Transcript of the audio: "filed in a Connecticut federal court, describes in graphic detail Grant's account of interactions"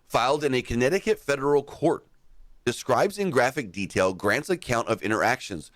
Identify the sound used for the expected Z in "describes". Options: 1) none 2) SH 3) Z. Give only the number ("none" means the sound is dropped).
3